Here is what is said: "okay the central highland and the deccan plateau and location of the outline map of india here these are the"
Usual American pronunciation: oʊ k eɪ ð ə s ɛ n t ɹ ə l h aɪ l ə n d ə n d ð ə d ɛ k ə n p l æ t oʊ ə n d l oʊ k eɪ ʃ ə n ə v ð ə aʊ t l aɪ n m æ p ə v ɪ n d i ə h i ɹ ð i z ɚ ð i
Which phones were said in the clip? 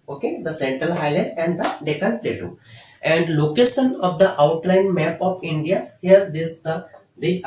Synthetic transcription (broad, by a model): oʊ k eɪ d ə s ɛ n t ɹ ə l h aɪ l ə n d ə n d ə d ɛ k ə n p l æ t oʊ ə n d l oʊ k eɪ ʃ ə n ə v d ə aʊ t l aɪ n m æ p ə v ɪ n d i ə h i ɹ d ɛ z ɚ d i